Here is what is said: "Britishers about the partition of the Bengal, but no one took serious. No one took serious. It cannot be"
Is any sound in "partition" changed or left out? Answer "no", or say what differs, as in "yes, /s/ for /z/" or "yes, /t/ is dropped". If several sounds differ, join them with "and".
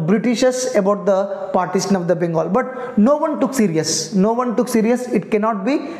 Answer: yes, /s/ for /ʃ/